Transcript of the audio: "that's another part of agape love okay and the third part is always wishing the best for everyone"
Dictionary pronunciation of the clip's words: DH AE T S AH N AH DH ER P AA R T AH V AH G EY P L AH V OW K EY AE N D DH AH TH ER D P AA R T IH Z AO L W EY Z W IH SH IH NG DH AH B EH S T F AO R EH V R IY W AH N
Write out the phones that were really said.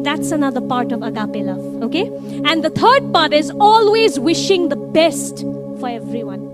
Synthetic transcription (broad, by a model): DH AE T S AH N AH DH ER P AA R T AH V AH G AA P L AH OW K EY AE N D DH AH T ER D P AA R T IH Z AO L W EY Z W IH SH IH NG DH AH B EH S T F AO R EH V R IY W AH N